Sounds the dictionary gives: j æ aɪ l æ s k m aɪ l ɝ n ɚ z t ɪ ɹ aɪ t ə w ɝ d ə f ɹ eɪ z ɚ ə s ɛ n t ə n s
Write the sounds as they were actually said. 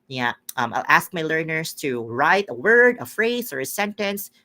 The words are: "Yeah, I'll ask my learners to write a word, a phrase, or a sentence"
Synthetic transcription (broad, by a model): j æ aɪ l æ s k m aɪ l ɝ n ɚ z t ɪ ɹ aɪ t ə w ɝ d ə f ɹ eɪ z ɚ ə s ɛ n t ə n s